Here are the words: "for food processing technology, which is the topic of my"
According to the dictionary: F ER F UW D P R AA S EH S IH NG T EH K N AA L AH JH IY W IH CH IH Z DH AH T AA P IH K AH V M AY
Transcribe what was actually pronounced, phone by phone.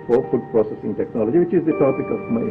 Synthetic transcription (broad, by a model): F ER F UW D P R AA S EH S IH NG T EH K N AA L AH JH IY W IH CH IH Z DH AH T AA B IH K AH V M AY